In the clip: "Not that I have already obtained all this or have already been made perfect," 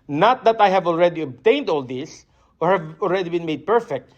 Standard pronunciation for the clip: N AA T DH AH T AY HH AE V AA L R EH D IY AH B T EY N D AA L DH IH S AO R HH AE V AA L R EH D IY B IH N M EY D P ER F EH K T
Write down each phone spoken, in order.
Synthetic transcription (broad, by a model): N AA T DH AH T AY HH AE V AA L R EH D IY AH B T EY N D AA L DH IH S AO R HH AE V AA L R EH D IY B IH N M EY D P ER F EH K T